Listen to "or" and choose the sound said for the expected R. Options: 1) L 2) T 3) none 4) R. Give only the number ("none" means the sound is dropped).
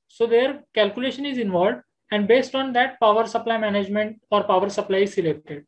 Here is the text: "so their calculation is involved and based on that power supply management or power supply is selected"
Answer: 4